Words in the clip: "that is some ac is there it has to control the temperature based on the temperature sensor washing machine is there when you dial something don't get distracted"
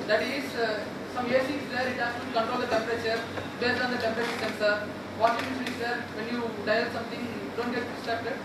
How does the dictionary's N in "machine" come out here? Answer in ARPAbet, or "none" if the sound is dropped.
none